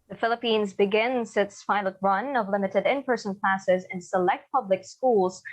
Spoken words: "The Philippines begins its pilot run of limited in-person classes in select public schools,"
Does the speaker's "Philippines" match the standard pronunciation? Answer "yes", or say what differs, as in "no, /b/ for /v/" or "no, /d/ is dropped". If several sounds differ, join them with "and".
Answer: yes